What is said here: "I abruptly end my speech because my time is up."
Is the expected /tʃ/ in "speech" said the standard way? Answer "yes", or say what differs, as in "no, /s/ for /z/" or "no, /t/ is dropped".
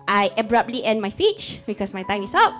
yes